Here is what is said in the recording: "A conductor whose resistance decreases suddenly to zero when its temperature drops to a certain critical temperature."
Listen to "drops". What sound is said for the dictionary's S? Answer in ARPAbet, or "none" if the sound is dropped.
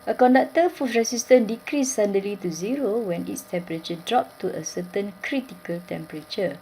none